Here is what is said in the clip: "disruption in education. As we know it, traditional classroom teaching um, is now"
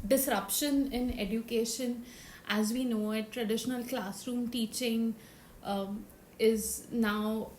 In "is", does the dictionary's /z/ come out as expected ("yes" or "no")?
yes